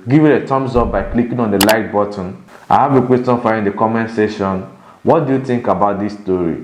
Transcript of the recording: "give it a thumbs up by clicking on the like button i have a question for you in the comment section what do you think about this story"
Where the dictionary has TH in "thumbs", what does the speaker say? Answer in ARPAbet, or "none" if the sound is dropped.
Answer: T